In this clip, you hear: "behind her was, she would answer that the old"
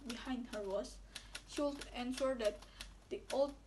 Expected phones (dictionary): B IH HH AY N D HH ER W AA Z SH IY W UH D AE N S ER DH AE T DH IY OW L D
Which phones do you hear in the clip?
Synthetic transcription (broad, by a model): B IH HH AY N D HH ER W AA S SH IY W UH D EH N SH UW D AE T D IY OW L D